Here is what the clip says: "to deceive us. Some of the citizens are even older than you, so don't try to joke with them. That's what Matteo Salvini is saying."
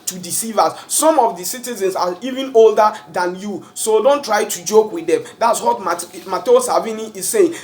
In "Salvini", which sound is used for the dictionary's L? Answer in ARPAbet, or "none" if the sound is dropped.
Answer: none